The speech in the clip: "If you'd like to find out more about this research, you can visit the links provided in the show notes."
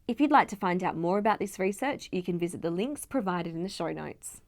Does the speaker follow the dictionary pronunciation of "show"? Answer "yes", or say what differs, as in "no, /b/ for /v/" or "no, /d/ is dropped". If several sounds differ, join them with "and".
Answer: yes